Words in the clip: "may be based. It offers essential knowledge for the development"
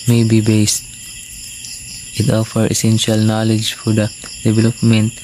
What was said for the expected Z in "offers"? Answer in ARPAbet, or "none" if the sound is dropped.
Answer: none